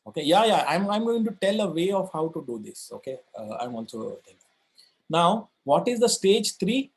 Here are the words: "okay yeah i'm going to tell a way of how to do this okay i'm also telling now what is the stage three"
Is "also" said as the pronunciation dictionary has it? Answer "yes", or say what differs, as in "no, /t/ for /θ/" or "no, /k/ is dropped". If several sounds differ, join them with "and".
no, /n/ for /l/